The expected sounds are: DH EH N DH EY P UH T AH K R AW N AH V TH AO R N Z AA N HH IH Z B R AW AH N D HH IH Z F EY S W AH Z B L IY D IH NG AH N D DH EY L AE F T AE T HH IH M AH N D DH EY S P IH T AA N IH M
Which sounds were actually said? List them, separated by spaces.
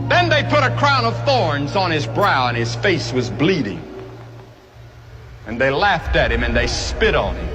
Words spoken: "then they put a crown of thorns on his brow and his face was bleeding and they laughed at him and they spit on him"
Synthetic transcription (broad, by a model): DH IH N DH EY P UH T AH K R AW N AH V TH AO R N Z N IH Z B R AW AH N IH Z F EY S W AH Z B L IY D IH NG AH N DH EY L AE F T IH T HH IH M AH N DH EY S P IH T N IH M